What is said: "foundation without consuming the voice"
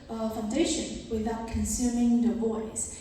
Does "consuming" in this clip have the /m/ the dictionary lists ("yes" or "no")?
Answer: yes